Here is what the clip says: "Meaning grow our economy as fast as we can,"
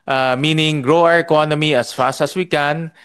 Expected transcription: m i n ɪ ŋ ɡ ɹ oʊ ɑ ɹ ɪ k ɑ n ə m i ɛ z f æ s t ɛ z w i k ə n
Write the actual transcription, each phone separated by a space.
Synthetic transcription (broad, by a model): m i n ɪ ŋ ɡ ɹ oʊ ɑ ɹ ɪ k ɑ n ə m i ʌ s f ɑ s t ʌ s w i k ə n